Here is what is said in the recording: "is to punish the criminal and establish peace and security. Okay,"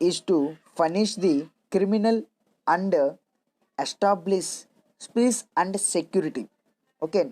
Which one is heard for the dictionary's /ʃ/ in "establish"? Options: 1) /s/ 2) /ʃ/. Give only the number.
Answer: 1